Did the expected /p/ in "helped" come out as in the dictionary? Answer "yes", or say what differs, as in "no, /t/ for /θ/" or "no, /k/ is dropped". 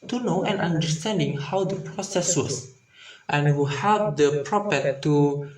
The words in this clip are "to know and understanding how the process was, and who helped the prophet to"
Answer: no, /p/ is dropped